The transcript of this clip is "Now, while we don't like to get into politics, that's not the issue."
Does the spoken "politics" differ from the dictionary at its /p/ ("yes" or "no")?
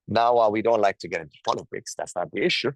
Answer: yes